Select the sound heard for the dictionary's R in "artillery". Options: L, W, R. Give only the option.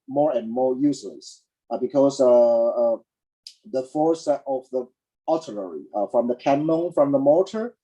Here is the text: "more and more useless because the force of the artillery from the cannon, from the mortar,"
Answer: L